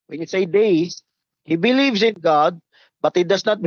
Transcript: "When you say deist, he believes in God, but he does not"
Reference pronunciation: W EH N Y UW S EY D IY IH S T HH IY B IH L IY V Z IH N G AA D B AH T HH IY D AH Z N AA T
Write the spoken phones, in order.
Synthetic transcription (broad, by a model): W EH N Y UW S EY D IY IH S HH IY B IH L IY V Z IH N G AA D B AH T HH IY D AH S N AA T